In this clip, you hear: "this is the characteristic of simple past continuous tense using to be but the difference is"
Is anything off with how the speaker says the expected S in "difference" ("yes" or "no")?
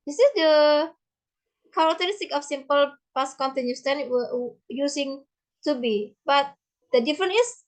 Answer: yes